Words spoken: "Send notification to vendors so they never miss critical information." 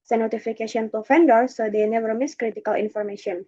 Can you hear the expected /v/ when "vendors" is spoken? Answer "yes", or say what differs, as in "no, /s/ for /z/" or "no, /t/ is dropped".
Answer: no, /f/ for /v/